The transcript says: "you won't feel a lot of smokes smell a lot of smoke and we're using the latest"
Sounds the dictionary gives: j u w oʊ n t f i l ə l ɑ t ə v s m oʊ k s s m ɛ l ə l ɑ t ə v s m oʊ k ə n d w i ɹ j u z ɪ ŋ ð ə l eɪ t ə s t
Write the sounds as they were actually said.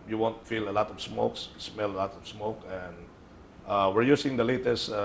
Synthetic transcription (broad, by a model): j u w oʊ n t f i l ə l ɑ t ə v s m oʊ k s s m ɛ l ə l ɑ t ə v s m oʊ k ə n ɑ w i ɹ j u s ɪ ŋ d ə l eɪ t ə s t